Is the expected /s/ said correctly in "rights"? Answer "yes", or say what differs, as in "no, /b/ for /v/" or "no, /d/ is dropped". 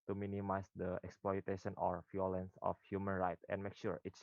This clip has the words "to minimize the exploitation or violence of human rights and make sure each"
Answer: no, /s/ is dropped